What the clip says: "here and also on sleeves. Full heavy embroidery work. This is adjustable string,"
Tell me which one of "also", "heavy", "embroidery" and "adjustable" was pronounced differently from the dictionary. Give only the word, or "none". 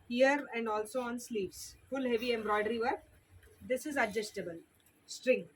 none